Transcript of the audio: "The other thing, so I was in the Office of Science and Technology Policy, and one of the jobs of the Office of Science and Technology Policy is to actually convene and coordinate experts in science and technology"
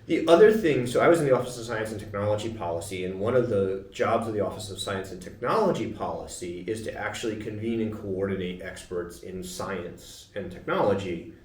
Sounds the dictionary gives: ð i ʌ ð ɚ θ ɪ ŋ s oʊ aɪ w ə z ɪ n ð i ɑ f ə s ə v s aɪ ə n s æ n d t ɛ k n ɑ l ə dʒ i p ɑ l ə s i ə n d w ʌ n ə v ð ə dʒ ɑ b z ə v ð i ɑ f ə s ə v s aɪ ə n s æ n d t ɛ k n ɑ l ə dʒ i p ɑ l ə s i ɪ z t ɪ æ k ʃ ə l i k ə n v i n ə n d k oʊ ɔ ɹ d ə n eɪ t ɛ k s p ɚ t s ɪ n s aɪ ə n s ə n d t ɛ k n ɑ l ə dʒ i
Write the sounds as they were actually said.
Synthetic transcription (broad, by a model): ð i ʌ ð ɚ θ ɪ ŋ s oʊ aɪ w ə z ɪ n ð i ɑ f ə s ə v s aɪ ə n s n t ɛ k n ɑ l ə dʒ i p ɑ l ə s i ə n w ʌ n ə v ð ə dʒ ɑ b z ə v ð i ɑ f ə s ə v s aɪ ə n s n t ɛ k n ɑ l ə dʒ i p ɑ l ə s i ɪ z t ɪ æ k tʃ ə l i k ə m v i n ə n k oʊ ɔ ɹ d n eɪ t ɛ k s p ɚ t s ɪ n s aɪ ə n s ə n t ɛ k n ɑ l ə dʒ i